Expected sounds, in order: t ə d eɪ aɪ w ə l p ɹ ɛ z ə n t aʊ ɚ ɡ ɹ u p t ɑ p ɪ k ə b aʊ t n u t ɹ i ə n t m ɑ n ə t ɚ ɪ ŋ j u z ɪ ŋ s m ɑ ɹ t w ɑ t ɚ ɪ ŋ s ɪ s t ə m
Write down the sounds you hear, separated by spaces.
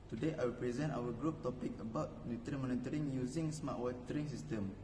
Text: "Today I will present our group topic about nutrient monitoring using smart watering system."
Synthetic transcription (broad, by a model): t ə d eɪ aɪ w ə p ɹ ɛ z ə n t aʊ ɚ ɡ ɹ u p t ɑ p ɪ k ə b aʊ t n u t ɹ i m ɑ n ə t ɚ ɪ ŋ j u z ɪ ŋ s m ɑ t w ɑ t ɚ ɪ ŋ s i s t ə m